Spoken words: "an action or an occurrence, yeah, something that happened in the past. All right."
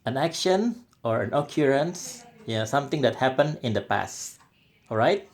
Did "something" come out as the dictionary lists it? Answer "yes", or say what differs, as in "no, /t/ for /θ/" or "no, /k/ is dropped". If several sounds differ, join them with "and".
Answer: no, /t/ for /θ/